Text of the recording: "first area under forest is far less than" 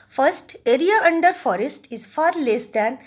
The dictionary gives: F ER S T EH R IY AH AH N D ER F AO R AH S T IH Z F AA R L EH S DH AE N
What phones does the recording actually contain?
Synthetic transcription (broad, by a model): F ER S T EH R IY AH AH N D ER F AO R AH S T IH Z F AA R L EH S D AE N